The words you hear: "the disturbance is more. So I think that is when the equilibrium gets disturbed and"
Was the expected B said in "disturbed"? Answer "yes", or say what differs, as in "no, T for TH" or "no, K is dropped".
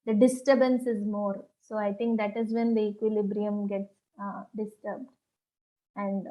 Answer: yes